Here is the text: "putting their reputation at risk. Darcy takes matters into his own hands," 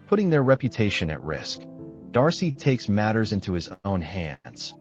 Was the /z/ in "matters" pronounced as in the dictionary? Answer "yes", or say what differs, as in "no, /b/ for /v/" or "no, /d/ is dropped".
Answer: yes